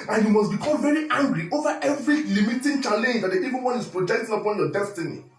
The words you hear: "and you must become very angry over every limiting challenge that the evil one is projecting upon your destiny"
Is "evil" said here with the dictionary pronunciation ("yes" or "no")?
no